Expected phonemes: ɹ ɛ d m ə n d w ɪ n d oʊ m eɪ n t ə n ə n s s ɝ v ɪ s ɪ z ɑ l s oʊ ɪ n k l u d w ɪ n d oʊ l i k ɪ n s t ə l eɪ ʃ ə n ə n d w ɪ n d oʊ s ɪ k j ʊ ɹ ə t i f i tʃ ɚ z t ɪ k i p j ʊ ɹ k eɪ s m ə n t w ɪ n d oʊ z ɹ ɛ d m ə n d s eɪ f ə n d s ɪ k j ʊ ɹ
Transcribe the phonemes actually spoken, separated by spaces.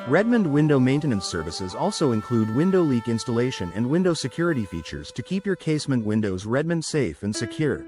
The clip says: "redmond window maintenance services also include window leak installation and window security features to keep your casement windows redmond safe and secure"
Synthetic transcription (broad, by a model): ɹ ɛ d m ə n d w ɪ n d oʊ m eɪ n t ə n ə n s s ɝ v ɪ s ɪ z ɑ l s oʊ ɪ n k l u d w ɪ n d oʊ l i k ɪ n s t ə l eɪ ʃ ə n ə n d w ɪ n d oʊ s ɪ k j ʊ ɹ ə t i f i tʃ ɚ z t ɪ k i p j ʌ ɹ k eɪ s m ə n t w ɪ n d oʊ z ɹ ɛ d m ə n d s eɪ f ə n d s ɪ k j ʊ ɹ